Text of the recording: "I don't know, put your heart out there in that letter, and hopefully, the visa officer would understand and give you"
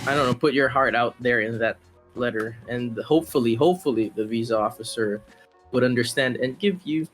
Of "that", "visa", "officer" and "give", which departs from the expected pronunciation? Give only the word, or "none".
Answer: none